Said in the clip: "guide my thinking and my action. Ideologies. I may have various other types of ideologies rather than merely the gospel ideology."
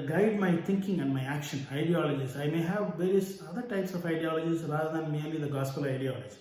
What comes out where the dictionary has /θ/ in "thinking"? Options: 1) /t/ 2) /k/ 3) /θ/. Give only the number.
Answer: 1